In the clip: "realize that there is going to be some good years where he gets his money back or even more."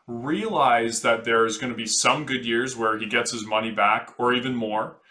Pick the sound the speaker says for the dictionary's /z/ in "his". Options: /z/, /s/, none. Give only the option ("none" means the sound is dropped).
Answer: /z/